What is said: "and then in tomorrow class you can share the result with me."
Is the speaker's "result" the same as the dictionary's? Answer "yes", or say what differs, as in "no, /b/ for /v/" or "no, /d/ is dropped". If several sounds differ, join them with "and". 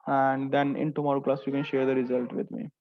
yes